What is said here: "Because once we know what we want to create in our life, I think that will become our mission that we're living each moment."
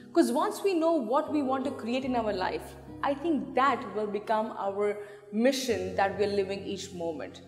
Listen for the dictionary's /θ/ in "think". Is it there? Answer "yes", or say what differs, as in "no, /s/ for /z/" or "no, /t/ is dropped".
no, /t/ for /θ/